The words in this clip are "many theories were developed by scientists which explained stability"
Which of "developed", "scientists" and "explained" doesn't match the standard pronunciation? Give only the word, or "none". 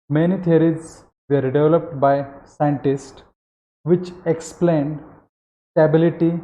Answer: none